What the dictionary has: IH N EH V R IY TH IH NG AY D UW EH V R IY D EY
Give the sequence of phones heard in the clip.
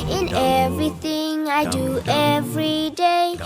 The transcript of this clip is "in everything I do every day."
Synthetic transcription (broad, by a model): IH N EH V R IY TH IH NG AY D UW EH V R IY D EY